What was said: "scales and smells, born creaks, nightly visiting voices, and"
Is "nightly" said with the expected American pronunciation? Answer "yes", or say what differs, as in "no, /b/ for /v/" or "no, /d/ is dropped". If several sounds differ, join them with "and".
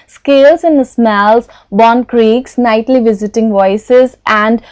yes